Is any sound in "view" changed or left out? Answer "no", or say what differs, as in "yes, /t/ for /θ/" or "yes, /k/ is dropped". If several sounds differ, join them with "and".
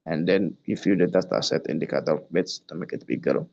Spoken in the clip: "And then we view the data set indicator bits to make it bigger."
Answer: yes, /f/ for /v/